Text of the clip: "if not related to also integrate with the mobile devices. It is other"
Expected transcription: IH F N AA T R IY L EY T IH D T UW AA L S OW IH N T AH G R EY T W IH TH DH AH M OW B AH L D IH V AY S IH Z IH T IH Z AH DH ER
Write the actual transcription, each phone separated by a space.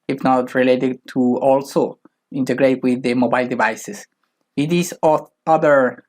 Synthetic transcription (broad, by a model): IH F N AA T R IY L EY T IH D T UW AA L S OW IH N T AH G R EY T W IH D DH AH M OW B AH L D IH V AY S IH S IH T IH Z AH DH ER